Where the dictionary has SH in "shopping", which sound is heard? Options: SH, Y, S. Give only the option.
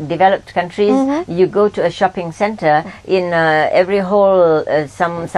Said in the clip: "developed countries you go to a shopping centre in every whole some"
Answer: SH